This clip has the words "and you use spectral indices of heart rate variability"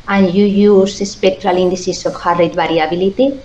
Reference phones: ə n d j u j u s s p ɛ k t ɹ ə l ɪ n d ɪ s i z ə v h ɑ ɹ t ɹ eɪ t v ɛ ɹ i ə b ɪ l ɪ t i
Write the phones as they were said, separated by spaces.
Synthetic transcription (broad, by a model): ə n j u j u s s p ɛ k t ɹ ə l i n d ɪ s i s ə f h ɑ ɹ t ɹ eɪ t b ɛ ɹ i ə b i l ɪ t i